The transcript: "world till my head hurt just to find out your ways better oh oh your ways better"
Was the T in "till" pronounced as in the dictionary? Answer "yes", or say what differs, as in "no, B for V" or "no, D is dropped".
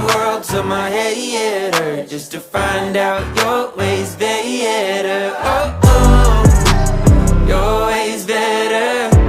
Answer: no, S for T